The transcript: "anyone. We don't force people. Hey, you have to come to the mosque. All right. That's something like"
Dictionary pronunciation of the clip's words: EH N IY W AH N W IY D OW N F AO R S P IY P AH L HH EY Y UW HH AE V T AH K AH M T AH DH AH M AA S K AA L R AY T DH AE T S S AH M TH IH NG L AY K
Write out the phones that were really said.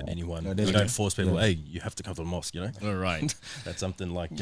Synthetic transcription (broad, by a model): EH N IY W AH N D OW N F AO R S P IY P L EY Y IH HH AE F T AH K AH M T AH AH M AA S K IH N R AY T DH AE T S S AH M TH IH NG L AY K